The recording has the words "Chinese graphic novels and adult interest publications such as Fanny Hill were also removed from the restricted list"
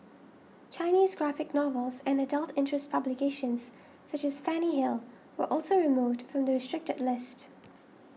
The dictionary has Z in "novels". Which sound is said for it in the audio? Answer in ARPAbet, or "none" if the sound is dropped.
Z